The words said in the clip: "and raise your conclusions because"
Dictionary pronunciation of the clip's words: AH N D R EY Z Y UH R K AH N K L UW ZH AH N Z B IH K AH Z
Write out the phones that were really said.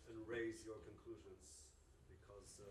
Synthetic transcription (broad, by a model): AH N R EY Z Y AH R K AH N K L UW ZH AH N Z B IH K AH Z